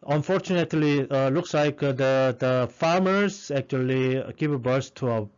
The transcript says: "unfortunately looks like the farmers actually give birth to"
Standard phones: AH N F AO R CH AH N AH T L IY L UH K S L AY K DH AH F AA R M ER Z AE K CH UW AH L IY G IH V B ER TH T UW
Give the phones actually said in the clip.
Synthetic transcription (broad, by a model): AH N F AO R CH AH N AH T L IY L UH K S L AY K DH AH F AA R M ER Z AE K CH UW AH L IY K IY P B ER S T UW